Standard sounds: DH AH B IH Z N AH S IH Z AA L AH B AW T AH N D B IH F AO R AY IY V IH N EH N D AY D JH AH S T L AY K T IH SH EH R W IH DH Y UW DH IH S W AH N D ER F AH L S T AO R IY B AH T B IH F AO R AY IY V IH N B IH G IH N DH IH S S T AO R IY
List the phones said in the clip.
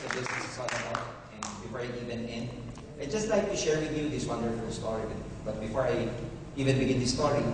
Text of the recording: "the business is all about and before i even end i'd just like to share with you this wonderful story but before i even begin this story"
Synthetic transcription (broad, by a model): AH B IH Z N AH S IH S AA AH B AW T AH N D B IH F AO R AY IY V IH N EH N AY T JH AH S T L AY K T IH SH EH R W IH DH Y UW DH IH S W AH N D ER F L S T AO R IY B AH T B IH F AO R AY IY V IH N B IH G IH N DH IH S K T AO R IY